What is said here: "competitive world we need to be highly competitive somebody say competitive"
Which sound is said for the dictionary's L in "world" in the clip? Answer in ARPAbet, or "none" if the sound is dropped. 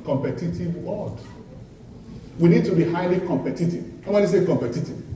none